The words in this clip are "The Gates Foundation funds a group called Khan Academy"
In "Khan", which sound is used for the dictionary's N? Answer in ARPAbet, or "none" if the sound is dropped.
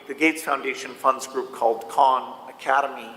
N